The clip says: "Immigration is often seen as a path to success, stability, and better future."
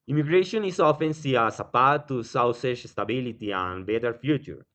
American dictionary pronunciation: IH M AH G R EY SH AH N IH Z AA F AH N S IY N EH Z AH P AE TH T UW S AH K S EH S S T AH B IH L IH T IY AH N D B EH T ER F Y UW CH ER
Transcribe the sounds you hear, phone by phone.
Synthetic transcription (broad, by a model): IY M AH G R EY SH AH N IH S AA F AH N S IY AA S AH P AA T UW S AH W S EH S S T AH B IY L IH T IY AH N B EH T ER F Y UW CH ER